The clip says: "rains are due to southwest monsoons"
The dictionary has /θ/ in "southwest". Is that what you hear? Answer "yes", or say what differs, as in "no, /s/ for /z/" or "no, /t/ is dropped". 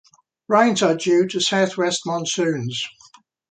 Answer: yes